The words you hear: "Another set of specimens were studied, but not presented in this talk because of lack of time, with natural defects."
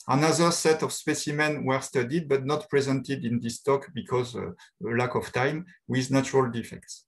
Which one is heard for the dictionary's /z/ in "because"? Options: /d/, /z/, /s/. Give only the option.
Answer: /z/